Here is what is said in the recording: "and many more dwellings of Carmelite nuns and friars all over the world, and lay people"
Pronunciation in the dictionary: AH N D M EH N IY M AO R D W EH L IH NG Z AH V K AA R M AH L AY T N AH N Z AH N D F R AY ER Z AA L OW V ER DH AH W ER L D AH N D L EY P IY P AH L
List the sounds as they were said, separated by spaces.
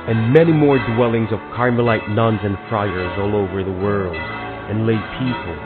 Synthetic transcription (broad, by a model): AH N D M EH N IY M AO R D W EH L IH NG Z AH V K AA R M AH L AY T N AH N Z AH N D F R AY ER Z AA L OW V ER DH AH W ER L D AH N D L EY P IY P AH L